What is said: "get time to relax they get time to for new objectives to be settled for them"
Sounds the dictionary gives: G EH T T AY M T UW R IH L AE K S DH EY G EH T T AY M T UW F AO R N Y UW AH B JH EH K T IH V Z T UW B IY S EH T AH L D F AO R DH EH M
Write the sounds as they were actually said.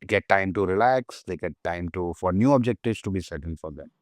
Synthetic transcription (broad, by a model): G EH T T AY M T UW R IH L AE K S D EY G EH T T AY M T UW F AO R N Y UW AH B JH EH K T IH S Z T UW B IY S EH T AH N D F AO R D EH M